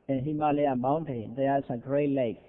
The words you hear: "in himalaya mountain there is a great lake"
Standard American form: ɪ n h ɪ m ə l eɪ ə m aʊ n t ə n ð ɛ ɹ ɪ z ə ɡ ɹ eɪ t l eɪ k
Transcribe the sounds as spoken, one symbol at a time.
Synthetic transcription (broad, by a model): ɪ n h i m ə l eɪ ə m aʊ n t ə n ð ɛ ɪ s ə ɡ ɹ eɪ t l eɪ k